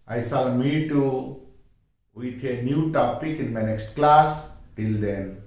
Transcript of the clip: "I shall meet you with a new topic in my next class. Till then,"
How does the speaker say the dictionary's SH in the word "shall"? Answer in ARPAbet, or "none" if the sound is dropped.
S